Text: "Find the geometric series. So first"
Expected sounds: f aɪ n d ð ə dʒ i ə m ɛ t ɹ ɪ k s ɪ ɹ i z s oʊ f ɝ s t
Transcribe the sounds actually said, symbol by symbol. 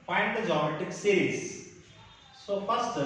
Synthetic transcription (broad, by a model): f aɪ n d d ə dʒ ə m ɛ t ɪ k s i ɹ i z s oʊ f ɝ s t